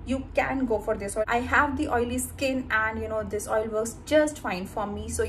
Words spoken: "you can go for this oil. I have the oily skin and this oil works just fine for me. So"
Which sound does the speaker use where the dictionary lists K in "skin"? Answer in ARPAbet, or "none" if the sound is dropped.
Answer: K